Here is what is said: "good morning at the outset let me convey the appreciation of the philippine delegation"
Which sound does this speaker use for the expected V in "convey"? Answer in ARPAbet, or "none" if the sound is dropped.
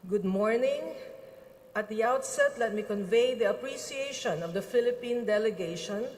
V